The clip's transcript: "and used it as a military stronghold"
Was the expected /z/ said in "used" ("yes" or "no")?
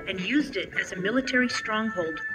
yes